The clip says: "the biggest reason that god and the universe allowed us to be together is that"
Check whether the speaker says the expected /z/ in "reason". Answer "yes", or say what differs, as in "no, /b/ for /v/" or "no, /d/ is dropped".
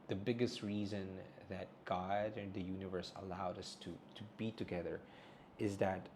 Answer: yes